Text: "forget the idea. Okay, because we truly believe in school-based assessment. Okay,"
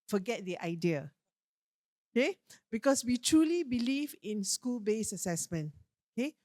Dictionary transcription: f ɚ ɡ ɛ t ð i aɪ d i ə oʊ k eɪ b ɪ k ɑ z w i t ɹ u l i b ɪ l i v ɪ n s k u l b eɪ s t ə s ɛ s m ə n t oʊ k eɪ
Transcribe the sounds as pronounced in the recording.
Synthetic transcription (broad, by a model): f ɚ ɡ ɛ t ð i aɪ d i ə oʊ k eɪ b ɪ k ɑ s w i t ɹ u l i b ɪ l i v ɪ n s k u l b eɪ s ə s ɛ s m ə n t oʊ k eɪ